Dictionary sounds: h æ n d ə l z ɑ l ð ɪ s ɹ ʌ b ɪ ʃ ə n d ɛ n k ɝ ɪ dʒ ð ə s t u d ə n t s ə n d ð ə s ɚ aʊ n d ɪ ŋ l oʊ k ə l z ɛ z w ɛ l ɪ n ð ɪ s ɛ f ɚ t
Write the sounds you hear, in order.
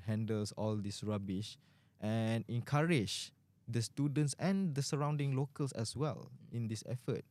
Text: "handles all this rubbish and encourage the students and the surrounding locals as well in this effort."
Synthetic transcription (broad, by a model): h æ n d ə l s ɑ l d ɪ s ɹ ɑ b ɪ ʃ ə n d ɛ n k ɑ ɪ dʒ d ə s t u d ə n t s ə n d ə s ɚ aʊ n d ɪ ŋ l oʊ k ə l s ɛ s w ɛ l ɪ n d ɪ s ɛ f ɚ t